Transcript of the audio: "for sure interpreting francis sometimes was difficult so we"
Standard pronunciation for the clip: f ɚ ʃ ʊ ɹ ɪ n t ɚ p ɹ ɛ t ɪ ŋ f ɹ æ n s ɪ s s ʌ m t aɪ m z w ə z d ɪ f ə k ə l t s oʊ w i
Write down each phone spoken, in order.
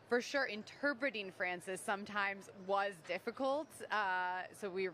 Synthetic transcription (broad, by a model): f ɚ ʃ ʊ ɹ ɪ n t ɚ p ɹ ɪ t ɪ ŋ f ɹ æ n s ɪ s s ʌ m t aɪ m z w ə z d ɪ f ə k ə l t s oʊ w i